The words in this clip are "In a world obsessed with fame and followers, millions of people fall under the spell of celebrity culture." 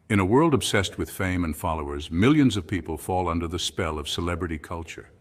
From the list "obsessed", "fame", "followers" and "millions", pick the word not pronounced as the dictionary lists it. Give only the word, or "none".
none